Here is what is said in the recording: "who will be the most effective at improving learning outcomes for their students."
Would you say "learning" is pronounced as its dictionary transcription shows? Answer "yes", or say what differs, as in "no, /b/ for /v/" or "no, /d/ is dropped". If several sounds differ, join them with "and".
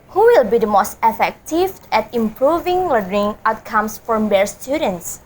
no, /n/ is dropped